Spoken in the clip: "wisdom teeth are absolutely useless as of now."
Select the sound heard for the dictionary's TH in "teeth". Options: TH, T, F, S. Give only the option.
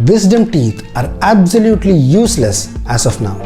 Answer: T